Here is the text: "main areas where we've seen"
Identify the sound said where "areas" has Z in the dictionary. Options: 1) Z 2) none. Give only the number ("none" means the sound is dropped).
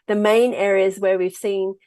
1